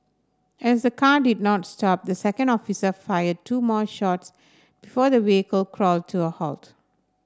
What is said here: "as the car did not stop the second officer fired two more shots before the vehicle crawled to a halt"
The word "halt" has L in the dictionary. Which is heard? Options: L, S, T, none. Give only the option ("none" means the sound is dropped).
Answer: L